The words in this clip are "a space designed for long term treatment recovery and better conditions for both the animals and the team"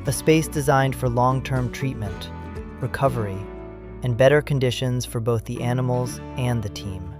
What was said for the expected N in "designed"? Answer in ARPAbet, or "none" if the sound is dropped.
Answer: N